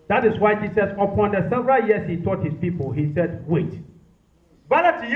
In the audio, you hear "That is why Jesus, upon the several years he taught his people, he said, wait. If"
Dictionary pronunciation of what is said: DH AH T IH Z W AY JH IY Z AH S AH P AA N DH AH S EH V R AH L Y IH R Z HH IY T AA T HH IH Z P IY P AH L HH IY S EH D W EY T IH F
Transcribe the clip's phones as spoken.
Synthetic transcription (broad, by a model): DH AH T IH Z W AY JH IY S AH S AH P AA N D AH S EH V R AH L Y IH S HH IY T AA T HH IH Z P IY P AH L HH IY S EH D W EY T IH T